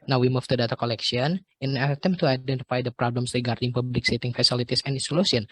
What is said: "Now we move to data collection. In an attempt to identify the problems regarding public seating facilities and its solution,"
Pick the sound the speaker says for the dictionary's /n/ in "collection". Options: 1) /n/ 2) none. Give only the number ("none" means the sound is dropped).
2